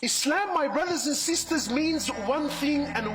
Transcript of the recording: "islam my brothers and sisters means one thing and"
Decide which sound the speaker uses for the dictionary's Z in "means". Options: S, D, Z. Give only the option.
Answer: Z